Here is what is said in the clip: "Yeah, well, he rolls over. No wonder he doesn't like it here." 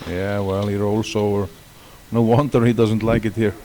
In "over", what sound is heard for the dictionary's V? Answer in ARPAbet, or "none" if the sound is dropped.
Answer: none